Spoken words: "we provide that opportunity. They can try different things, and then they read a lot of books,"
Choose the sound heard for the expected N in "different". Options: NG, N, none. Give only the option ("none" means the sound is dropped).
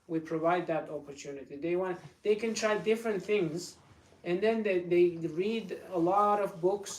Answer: N